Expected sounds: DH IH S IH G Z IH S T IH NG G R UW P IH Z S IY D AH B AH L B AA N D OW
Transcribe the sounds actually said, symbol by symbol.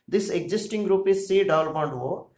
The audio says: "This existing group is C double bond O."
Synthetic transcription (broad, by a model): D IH S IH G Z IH S T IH NG G R UW P IH Z S IY D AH AH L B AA N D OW